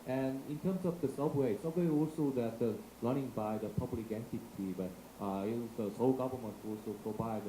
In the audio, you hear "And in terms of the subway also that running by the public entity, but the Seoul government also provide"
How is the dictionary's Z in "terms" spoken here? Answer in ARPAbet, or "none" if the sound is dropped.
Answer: S